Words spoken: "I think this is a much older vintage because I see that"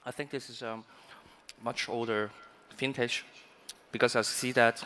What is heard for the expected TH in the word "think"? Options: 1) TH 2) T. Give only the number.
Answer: 1